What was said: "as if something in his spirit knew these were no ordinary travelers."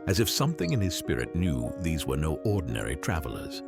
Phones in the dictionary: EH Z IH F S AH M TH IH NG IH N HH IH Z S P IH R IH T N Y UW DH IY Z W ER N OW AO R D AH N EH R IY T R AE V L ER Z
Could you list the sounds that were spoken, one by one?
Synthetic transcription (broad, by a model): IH Z IH F S AH M TH IH NG IH N IH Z S P IH R IH T N Y UW DH IY Z W ER N OW AO R D N EH R IY T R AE V L ER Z